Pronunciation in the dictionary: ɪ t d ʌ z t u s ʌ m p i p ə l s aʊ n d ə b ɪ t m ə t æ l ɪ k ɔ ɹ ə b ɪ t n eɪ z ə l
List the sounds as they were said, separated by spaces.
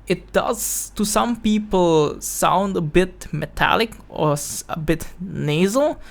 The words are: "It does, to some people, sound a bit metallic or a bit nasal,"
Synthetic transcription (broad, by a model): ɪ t d ʌ z t u s ʌ m p i p ə l s aʊ n d ə b ɪ t m ə t æ l ɪ k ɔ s ə b ɪ t n eɪ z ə l